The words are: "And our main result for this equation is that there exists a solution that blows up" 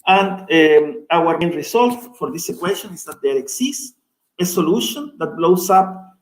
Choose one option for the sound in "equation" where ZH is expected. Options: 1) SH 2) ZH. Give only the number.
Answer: 1